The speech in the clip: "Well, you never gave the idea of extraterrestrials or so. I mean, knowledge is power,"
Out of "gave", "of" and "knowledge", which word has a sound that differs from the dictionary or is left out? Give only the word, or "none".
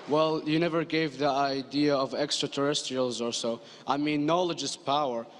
none